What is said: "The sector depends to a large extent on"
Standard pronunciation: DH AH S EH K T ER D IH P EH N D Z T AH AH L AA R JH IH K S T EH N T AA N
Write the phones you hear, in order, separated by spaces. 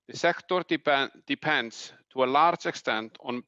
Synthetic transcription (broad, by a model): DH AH S EH K T ER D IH P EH N D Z T AH AH L AA R JH IH K S T EH N T N